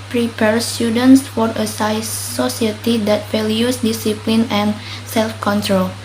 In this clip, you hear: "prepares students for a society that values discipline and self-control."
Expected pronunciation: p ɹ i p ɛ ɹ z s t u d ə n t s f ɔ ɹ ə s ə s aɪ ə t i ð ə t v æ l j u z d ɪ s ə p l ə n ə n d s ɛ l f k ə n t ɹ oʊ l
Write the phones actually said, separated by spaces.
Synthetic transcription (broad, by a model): p ɹ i p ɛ ɹ s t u d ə n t s f ɔ ɹ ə s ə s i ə t i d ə t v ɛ l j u s d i s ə p l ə n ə n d s ɛ l f k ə n t ɹ oʊ l